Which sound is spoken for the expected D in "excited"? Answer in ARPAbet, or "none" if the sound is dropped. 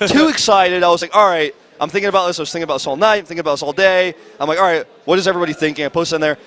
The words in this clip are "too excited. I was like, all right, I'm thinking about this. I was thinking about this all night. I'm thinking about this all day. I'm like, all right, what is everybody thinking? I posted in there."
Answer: D